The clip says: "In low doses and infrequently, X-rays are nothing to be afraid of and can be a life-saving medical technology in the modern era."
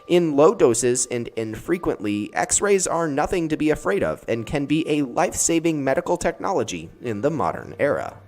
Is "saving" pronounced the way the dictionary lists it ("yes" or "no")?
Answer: yes